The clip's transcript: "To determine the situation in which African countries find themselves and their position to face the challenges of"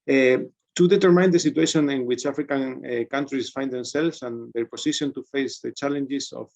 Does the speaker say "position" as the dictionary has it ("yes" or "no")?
no